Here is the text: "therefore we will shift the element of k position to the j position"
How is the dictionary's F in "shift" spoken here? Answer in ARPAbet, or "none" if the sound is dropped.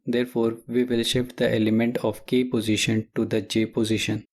P